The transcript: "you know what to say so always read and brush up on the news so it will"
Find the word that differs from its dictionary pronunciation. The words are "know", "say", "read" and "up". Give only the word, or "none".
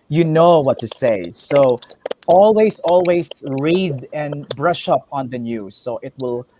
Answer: none